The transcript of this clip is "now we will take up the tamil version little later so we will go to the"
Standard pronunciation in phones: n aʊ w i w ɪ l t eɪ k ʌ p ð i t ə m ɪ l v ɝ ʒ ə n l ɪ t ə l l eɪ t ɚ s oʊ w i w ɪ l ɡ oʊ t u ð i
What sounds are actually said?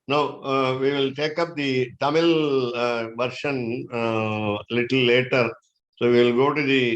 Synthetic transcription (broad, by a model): n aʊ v i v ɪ l t eɪ k ʌ p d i t ə m ɪ l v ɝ ʃ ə n l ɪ t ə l l eɪ t ɚ s oʊ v i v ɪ l ɡ oʊ t u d i